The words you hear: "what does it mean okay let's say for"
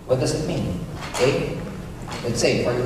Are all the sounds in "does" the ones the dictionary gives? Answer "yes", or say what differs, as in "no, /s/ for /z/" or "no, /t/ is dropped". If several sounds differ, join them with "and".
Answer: yes